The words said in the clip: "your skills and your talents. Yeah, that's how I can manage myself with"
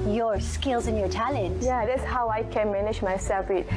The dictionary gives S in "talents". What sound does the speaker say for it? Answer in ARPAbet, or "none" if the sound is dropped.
none